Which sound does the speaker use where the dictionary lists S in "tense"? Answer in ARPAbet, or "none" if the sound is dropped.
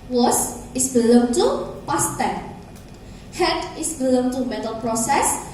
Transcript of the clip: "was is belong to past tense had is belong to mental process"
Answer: none